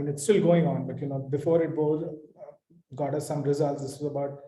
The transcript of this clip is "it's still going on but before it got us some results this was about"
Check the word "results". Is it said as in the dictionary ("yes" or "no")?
yes